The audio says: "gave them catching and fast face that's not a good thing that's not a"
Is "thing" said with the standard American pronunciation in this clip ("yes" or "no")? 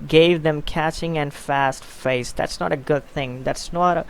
yes